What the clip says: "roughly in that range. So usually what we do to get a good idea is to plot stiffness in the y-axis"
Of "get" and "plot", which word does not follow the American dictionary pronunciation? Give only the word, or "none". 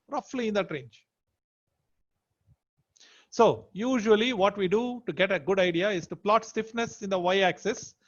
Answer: none